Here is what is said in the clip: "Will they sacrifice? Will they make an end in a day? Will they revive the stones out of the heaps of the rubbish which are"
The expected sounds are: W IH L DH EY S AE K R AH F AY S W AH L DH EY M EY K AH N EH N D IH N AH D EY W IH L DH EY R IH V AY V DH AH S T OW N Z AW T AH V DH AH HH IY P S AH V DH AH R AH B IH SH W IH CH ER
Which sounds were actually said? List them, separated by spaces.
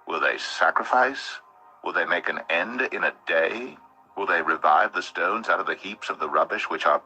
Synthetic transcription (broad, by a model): W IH L DH EY S AE K R AH F AY S W AH L DH EY M EY K AH N EH N D IH N AH D EY W IH L DH EY R IH V AY V DH AH S T OW N Z AW T AH V DH AH HH IY P S AH V DH AH R AH B IH SH W IH CH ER